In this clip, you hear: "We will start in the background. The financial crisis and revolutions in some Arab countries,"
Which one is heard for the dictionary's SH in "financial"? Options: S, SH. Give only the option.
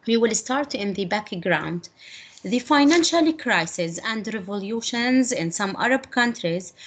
SH